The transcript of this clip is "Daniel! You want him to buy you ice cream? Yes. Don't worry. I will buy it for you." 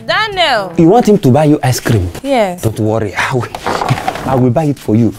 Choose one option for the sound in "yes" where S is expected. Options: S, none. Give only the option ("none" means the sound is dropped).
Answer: none